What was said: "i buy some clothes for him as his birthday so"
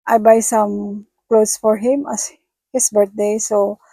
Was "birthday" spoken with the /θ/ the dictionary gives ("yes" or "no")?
no